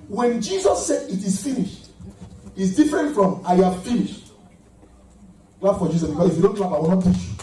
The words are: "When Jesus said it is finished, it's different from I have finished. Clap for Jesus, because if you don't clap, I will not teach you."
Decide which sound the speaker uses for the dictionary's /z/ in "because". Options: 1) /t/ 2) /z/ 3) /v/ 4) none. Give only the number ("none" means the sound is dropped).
4